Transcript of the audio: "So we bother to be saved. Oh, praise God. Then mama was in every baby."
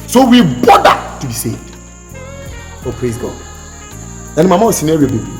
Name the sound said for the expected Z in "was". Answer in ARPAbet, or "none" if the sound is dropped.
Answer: S